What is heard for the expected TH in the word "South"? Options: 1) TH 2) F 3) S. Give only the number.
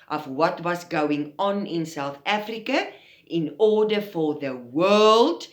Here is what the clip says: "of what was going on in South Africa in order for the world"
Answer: 1